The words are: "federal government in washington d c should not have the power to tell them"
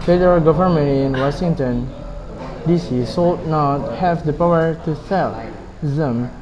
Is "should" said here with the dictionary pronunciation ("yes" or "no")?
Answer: no